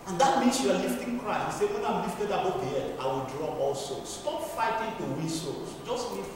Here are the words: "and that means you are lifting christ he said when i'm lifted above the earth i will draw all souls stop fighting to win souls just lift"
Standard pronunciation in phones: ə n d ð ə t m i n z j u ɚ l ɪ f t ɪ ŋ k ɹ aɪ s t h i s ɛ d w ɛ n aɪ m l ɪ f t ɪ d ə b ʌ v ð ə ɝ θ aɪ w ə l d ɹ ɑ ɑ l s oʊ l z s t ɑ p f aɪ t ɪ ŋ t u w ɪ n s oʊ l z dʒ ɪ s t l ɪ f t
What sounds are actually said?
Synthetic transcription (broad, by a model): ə n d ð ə t m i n s j u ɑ l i f t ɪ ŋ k ɹ aɪ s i s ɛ w ɛ n aɪ m l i f t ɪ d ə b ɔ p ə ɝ t aɪ w ə l d ɹ ɑ ɑ l s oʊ s t ɑ p f aɪ t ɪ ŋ t u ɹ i s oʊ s dʒ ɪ s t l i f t